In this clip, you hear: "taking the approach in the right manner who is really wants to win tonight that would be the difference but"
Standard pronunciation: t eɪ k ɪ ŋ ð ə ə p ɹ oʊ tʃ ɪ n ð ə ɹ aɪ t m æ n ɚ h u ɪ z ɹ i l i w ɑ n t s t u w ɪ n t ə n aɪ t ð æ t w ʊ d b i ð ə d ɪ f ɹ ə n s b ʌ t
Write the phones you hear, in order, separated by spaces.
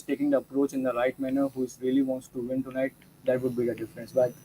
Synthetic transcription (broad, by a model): t eɪ k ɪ ŋ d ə ə p ɹ oʊ tʃ ɪ n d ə ɹ aɪ t m æ n ɚ h u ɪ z ɹ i l i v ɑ n t s t u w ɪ n t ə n aɪ t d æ t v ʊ d b i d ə d ɪ f ɹ ə n s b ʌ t